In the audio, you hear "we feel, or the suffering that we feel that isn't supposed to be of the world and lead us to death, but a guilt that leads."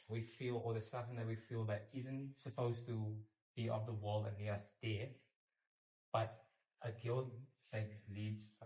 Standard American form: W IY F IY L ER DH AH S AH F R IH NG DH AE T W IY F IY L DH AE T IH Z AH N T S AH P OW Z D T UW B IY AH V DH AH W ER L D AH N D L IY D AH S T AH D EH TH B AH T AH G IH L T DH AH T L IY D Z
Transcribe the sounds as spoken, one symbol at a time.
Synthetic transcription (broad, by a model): W IY F IY L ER DH AH S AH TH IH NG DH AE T W IY F IY L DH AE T IH Z AH N T S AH P OW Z T UW B IY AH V DH AH W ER L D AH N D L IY AH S D EH TH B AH T AH G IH L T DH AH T L IY D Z